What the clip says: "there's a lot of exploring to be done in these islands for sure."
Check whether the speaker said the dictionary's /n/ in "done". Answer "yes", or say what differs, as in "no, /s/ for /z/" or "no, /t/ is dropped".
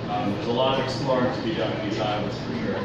no, /n/ is dropped